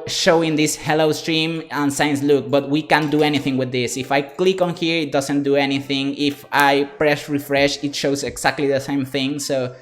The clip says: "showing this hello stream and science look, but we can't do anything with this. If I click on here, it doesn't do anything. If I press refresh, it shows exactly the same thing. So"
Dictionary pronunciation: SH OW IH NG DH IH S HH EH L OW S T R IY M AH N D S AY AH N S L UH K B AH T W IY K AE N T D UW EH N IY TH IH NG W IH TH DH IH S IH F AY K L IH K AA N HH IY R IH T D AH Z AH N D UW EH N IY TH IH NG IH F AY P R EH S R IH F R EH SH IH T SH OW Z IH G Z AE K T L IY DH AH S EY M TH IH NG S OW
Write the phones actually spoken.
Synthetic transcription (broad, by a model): SH OW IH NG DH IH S HH EH L OW S T R IY M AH N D S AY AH N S L UH K B AH T W IY K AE N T D UW EH N IY TH IH NG W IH DH IH S IH F AY K L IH K AA N HH IY R IH T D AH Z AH N D UW EH N IY TH IH NG IH F AY P R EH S R IH F R EH SH IH T SH OW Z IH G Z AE K T L IY DH AH S EY M TH IH NG S OW